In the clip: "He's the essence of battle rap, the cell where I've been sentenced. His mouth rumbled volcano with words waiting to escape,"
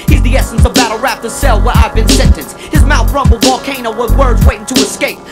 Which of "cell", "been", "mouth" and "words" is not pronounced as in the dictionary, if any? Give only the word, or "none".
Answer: none